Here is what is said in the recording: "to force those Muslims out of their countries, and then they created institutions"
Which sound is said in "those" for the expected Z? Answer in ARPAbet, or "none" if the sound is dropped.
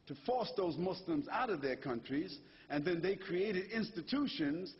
Z